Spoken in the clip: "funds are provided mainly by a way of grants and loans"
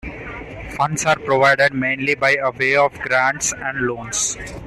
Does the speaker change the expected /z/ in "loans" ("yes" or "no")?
yes